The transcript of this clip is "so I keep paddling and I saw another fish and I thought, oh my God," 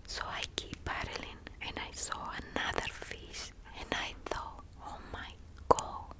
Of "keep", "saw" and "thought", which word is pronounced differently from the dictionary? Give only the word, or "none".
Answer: thought